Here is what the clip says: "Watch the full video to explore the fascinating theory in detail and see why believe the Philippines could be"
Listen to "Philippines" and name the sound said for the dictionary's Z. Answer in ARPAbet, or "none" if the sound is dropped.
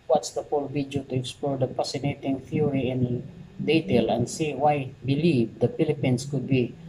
S